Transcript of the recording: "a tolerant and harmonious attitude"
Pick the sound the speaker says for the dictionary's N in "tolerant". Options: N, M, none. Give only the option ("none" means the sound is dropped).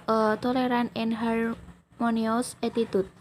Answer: none